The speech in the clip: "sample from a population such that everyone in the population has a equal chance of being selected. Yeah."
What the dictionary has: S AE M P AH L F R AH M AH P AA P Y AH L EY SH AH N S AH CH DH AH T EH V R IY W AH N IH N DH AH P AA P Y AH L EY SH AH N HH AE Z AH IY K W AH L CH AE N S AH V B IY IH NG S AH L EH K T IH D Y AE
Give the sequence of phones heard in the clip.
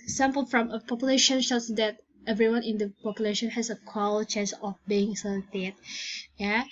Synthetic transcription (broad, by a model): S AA M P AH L F R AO M AH P AA P Y AH L EY SH AH N SH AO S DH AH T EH V R IY W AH N IH N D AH P AA P Y AH L EY SH AH N HH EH S AH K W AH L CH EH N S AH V B IY IH NG S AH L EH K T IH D Y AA